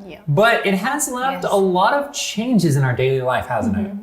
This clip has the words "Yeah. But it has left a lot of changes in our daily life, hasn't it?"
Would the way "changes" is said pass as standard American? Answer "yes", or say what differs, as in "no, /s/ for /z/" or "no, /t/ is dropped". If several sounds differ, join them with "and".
yes